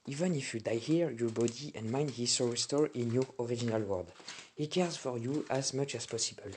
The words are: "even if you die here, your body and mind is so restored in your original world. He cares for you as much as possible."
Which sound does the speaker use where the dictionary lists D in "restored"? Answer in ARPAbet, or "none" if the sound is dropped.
none